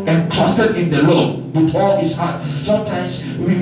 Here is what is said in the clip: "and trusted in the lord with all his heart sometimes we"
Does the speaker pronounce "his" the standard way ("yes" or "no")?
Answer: no